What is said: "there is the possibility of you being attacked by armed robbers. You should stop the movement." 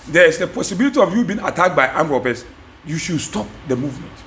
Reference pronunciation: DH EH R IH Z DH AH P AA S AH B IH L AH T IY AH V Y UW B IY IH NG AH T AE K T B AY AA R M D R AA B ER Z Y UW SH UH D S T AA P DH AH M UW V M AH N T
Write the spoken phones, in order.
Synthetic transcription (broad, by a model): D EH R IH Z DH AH P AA S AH B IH L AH T IY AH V Y UW B IY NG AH T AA K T B AY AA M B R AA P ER S Y UW SH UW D S T AA P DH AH M UW V M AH N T